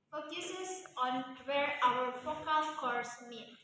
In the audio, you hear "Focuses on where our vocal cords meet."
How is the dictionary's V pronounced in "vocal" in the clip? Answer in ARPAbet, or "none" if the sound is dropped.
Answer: F